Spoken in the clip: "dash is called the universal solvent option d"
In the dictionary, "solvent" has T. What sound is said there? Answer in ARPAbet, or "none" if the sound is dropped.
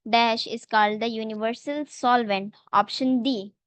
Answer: T